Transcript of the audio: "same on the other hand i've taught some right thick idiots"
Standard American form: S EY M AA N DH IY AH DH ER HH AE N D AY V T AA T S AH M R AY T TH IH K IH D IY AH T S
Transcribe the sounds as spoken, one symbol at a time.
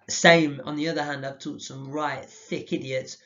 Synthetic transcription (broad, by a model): S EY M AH N DH IY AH DH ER HH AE N D AY V T AA T S AH M R AY T TH IH K IH D IY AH T S